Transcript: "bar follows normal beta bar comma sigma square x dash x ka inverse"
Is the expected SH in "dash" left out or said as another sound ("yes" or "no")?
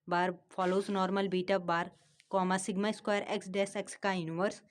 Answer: yes